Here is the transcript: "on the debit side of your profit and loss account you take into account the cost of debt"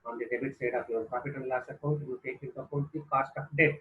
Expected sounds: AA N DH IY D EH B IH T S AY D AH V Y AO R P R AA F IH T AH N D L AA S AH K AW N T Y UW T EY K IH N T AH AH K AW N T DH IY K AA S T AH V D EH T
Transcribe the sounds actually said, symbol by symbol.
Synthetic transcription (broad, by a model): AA N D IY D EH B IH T S AY D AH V Y AO R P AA P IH T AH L L AA S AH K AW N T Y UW T EY K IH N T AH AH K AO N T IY K AA S T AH P D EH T